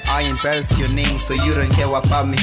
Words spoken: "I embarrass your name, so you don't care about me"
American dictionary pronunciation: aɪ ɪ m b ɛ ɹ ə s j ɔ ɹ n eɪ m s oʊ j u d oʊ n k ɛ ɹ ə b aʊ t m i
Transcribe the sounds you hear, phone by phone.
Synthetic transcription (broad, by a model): aɪ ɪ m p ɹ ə s j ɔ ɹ n eɪ m s oʊ j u d oʊ n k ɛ w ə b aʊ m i